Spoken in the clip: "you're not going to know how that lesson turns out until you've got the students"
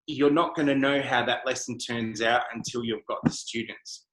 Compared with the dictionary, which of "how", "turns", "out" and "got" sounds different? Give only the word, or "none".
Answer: none